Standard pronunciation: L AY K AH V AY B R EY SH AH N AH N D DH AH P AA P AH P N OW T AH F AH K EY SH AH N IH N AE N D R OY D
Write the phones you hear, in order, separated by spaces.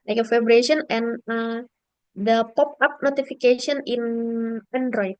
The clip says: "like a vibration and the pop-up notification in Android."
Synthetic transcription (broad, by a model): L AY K AH F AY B R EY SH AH N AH N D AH P AA P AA P N OW T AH F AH K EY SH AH N IH N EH N D R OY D